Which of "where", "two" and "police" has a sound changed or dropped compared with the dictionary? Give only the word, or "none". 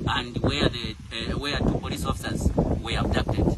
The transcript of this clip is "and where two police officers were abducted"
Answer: where